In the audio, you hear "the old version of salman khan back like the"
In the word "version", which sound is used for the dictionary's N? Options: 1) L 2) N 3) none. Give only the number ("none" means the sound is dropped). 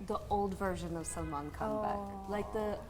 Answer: 2